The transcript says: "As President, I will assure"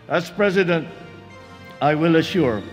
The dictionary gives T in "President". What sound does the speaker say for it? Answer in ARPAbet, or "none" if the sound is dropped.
T